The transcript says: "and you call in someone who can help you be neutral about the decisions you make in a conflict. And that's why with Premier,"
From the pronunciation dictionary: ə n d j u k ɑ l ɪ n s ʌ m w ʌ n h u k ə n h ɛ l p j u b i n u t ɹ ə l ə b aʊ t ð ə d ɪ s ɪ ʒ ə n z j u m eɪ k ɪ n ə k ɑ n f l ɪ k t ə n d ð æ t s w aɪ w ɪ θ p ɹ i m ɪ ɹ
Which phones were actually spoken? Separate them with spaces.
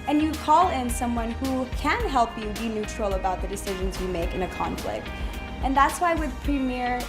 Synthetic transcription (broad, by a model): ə n j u k ɑ l ɪ n s ʌ m w ʌ n h u k ə n h ɛ l p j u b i n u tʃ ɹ l ə b aʊ t ð ə d ɪ s ɪ ʒ ə n z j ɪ m eɪ k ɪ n ə k ɑ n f l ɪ k t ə n ð æ t s w aɪ w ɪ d p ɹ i m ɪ ɹ